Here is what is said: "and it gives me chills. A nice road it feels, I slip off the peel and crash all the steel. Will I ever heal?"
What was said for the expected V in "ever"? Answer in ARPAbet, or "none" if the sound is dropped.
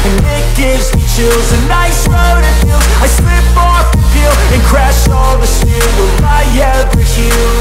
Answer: none